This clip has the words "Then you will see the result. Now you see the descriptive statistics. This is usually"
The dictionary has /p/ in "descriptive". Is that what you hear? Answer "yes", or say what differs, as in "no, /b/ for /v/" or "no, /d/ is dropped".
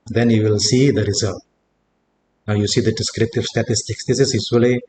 yes